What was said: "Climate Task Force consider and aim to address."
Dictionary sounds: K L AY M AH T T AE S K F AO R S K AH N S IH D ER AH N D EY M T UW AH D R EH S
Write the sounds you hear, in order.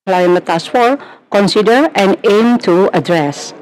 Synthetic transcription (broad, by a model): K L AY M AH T T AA S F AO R K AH N S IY D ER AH N EY M T UW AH D R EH S